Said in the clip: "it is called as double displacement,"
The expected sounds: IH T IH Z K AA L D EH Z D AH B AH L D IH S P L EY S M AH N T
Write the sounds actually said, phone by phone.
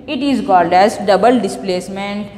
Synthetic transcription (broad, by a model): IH T IH Z K AA L D EH Z D AH B AH L D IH S P L EY S M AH N T